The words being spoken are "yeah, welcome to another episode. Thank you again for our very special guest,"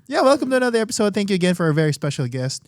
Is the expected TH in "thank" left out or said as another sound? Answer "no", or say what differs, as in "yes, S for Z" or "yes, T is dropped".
no